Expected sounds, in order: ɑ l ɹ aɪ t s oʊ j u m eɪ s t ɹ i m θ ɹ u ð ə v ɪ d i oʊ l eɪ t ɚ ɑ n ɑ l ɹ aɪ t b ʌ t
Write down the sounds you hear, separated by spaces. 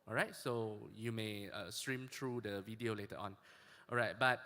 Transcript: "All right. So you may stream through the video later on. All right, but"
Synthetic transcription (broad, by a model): ɑ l ɹ aɪ t s oʊ j u m eɪ s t ɹ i m t ɹ u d ə v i d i oʊ l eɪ t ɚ ɑ n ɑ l ɹ aɪ t b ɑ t